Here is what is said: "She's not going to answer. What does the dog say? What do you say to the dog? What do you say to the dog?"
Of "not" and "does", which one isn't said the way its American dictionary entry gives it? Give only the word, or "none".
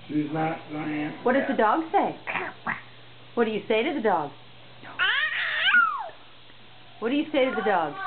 not